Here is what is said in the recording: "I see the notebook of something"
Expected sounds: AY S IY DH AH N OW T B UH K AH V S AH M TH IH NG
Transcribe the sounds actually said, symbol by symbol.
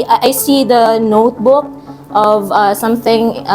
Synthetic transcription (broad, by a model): AY S IY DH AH N OW T B UH K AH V S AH M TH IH NG